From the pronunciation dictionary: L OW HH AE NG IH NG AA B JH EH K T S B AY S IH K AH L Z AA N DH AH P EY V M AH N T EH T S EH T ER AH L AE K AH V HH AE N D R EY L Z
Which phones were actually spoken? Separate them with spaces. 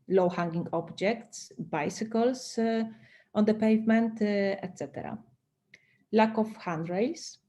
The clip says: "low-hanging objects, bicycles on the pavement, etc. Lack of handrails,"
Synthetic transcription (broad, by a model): L OW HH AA NG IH NG AA B JH EH K T S B AY S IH K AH L S AA N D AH P EY V M AH N T EH T S EH T ER AH L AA K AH F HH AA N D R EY L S